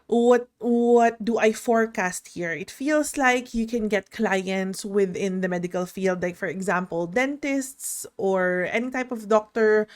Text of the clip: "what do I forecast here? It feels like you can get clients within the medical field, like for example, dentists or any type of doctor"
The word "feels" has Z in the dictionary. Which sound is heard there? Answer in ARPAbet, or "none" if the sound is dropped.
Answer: S